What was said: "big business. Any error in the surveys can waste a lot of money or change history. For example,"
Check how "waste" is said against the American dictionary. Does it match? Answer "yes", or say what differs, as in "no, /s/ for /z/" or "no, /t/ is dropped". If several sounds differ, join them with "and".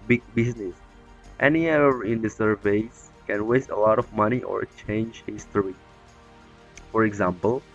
yes